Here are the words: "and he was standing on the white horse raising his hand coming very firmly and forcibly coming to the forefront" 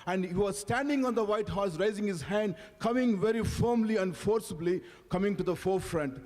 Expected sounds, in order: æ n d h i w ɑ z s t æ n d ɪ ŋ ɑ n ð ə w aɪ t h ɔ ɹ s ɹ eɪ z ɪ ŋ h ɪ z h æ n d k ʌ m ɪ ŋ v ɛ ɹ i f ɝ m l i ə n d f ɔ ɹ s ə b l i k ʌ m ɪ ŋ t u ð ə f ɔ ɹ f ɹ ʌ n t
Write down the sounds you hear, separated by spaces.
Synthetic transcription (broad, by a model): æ n d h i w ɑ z s t æ n d ɪ ŋ ɑ n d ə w aɪ t h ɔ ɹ s ɹ eɪ z ɪ ŋ h ɪ z h æ n d k ʌ m ɪ ŋ v ɛ ɹ i f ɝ m l i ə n f ɔ ɹ s ə b l i k ʌ m ɪ ŋ t u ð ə f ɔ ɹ f ɹ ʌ n t